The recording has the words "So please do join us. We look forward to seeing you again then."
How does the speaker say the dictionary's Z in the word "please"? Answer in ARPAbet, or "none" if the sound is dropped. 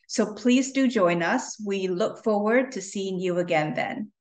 Z